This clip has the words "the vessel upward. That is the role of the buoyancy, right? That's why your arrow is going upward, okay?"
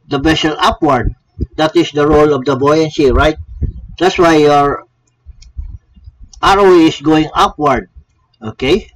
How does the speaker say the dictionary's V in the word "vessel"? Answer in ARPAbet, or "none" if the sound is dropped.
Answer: B